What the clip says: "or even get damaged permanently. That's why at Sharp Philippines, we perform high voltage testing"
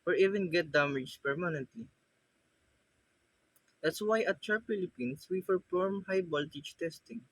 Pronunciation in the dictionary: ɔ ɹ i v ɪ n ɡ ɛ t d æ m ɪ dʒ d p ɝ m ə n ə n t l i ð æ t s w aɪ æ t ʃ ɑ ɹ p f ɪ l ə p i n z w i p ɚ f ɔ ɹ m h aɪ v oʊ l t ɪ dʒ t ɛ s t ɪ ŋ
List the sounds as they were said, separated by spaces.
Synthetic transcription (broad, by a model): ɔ ɹ i v ɪ n ɡ ɛ t d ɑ m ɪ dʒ p ɝ m ə n ə n t l i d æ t s w aɪ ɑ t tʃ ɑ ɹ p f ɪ l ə p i n s w i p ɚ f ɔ ɹ m h aɪ b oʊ l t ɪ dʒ t ɛ s t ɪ ŋ